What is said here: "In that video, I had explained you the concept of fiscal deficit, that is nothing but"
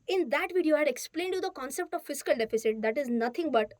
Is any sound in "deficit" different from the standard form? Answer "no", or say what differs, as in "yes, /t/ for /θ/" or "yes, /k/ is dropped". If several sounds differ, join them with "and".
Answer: no